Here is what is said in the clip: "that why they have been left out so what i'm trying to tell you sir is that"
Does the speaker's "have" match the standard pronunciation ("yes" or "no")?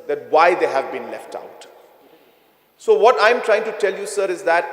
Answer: yes